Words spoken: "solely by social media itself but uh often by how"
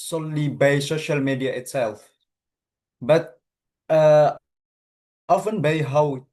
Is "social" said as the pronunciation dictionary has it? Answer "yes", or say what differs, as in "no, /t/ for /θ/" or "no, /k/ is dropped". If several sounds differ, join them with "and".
yes